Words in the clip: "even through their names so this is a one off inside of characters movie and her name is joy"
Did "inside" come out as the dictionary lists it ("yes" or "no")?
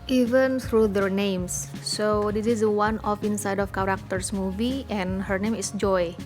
yes